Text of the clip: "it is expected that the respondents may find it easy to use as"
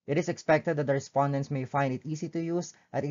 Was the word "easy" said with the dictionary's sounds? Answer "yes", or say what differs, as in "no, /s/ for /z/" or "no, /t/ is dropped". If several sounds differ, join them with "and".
no, /s/ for /z/